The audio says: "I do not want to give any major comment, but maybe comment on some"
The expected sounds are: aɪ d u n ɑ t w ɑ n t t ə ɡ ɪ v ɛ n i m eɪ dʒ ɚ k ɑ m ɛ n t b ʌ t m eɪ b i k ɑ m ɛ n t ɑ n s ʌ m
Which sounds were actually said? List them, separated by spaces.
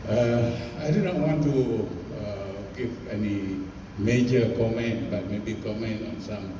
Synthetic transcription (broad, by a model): aɪ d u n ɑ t w ɑ n t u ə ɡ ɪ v ɛ n i m eɪ dʒ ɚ k ɑ m ɛ n t b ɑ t m eɪ b i k ɑ m ɛ n t ɑ n s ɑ m